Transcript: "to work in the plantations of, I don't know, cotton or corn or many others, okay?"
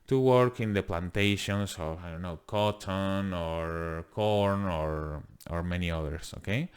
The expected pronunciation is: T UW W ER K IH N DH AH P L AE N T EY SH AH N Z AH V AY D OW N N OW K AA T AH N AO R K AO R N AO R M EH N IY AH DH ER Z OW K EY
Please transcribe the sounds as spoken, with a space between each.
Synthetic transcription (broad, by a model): T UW W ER K IH N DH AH P L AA N T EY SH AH N S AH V AY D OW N N OW K AA T AH N AO R K AO R N AO R M EH N IY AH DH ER S OW K EY